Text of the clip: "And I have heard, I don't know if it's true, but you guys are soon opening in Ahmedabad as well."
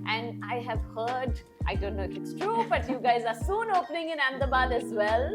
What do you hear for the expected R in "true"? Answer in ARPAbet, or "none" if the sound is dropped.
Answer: R